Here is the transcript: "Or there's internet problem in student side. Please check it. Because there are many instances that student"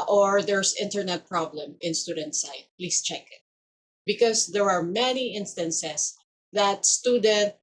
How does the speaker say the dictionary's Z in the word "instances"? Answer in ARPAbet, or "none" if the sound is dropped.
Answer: S